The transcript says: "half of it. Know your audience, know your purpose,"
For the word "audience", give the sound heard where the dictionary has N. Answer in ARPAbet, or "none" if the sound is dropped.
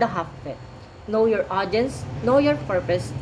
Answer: N